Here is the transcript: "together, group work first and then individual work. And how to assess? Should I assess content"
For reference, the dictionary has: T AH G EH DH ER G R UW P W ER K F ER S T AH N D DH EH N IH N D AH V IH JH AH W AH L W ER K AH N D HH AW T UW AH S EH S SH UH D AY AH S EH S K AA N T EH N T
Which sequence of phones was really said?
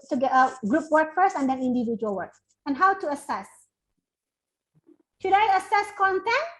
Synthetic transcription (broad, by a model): T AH G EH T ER G R UW P W ER K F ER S AH N D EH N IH N D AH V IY JH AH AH L W ER K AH N HH AW T UW AH S EH S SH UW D AY AH S EH S K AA N T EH N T